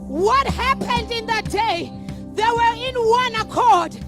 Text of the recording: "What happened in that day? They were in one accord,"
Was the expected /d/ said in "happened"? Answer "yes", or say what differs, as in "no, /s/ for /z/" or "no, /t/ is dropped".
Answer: yes